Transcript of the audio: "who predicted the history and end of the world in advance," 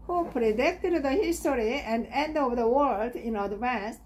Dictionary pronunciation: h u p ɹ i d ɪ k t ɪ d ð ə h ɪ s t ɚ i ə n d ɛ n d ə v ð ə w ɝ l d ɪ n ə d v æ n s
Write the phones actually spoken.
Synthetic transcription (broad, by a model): h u p ɹ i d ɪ k t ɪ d ð ə h ɪ s t ɚ i ə n d ɛ n d ə v ð ə w ɝ l d ɪ n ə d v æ n s